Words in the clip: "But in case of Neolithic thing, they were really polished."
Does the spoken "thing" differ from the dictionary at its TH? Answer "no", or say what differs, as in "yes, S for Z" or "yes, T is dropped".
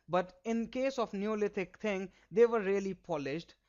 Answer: yes, T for TH